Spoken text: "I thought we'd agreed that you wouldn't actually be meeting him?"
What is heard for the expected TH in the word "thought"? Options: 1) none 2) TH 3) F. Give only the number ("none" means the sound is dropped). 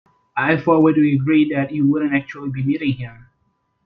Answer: 3